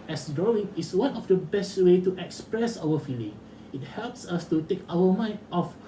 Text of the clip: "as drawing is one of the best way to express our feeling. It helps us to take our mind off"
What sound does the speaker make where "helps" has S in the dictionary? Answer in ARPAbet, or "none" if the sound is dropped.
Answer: S